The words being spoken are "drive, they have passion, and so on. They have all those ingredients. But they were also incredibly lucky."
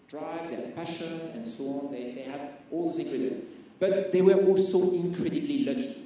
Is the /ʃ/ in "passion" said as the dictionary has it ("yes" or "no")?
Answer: yes